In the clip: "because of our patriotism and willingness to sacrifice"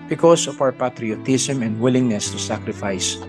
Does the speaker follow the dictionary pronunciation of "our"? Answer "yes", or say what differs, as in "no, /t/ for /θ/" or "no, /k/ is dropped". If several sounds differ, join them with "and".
no, /w/ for /ɹ/